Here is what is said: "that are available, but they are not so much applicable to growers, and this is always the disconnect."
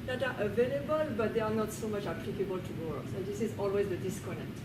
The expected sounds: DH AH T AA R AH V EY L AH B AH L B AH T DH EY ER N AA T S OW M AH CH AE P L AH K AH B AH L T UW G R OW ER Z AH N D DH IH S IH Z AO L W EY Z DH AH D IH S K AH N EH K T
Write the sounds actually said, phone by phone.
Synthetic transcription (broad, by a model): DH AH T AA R AH V EY L AH B AH L B AH T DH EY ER N AA T S OW M AH CH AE P L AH K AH B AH L T UW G OW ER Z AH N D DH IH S IH Z AO L W EY Z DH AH D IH S K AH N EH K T